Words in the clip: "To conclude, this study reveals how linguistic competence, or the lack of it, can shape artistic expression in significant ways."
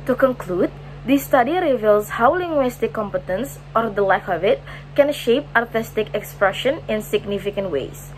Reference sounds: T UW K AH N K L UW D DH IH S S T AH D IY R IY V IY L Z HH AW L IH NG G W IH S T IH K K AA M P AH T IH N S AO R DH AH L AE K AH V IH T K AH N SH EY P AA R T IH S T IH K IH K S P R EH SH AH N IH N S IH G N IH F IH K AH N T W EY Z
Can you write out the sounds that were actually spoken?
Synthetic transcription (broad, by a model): T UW K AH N K L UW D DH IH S S T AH D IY R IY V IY L S HH AW L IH NG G W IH S T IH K K AA M P AH T IH N S AO R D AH L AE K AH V IH T K AH N SH EY P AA R T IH S T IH K IH K S P R EH SH AH N IH N S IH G N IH F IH K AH N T W EY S